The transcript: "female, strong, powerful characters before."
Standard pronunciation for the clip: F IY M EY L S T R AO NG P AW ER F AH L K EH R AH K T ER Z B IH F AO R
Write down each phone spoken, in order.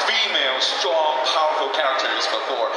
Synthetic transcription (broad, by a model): F IY M EY L S T R AO NG P AW ER F L K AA AH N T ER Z B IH F AO R